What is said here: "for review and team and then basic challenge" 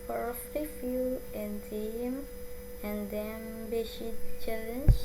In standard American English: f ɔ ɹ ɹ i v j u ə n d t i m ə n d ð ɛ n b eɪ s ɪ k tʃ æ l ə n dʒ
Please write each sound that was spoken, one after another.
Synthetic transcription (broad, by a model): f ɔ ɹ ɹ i f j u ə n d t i m ə n d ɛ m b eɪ ʃ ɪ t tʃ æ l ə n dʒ